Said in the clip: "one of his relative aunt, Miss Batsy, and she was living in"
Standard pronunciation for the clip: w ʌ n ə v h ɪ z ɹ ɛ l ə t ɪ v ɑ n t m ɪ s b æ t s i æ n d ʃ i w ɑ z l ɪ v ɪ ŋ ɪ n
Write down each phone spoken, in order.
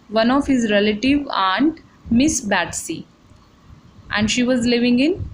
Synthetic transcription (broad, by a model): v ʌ n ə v h ɪ z ɹ ɛ l ə t ɪ v ɑ n t m ɪ s b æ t s i æ n d ʃ i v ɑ z l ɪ v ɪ ŋ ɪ n